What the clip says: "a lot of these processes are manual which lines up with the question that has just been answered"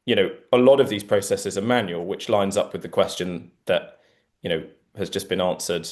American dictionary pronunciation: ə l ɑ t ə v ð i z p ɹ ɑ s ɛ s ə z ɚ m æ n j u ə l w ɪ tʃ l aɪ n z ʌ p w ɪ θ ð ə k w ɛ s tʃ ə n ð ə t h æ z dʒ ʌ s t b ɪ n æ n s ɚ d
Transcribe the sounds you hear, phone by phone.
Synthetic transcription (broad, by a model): ə l ɑ t ə v ð i z p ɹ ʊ s ɛ s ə z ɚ m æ n j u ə l w ɪ tʃ l aɪ n z ʌ p w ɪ ð ə k w ɛ s tʃ ə n ð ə t h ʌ z dʒ ʌ s b ɪ n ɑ n s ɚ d